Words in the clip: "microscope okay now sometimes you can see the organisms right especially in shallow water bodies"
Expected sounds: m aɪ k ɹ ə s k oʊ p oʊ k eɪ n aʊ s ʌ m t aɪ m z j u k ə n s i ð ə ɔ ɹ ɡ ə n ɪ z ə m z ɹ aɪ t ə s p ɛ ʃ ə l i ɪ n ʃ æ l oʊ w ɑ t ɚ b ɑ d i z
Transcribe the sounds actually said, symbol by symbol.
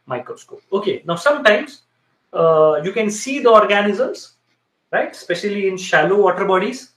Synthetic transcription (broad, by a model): m aɪ k ɹ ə s k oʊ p oʊ k eɪ n aʊ s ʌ m t aɪ m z j u k ə n s i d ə ɔ ɹ ɡ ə n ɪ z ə m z ɹ aɪ t s p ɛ ʃ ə l i ɪ n ʃ æ l oʊ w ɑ t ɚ b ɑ d i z